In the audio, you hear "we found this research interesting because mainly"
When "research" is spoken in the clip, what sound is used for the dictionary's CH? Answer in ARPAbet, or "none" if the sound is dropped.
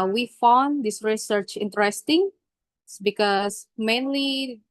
CH